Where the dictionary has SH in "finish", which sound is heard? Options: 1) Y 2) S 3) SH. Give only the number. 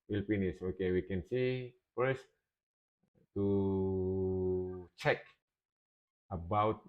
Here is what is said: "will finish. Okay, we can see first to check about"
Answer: 2